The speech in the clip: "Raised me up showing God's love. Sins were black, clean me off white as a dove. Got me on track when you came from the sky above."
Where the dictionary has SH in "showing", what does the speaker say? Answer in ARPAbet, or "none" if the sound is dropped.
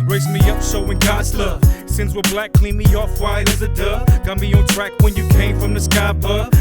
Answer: S